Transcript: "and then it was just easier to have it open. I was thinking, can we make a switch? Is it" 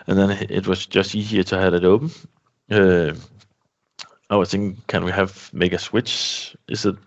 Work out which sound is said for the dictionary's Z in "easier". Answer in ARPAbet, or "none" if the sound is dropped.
Z